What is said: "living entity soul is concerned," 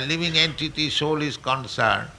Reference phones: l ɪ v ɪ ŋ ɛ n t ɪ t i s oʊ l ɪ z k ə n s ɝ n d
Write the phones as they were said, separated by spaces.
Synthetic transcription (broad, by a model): l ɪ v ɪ ŋ ɛ n t ɪ t i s oʊ l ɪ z k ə n s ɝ n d